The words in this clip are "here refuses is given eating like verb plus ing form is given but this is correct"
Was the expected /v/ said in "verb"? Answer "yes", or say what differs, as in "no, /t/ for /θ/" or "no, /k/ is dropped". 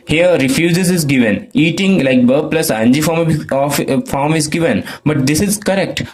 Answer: no, /b/ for /v/